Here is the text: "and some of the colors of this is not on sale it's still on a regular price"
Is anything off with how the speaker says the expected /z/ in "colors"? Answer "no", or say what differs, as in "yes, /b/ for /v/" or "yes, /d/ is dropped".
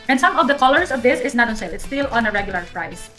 yes, /s/ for /z/